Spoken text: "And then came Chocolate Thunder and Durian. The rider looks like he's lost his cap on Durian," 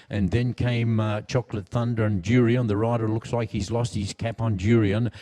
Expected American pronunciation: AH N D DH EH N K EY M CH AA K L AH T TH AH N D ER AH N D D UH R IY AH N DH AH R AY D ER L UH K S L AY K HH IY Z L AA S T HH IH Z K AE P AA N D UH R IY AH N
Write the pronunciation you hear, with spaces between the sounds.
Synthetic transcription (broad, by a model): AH N DH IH N K EY M CH AA K L AH T TH AH N D ER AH N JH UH R IY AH N DH AH R AY D ER L UH K S L AY K HH IY Z L AA S T HH IH Z K AE P N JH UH R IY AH N